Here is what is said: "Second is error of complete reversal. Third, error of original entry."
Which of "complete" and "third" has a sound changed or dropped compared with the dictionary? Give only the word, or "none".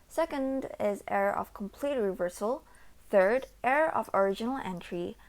none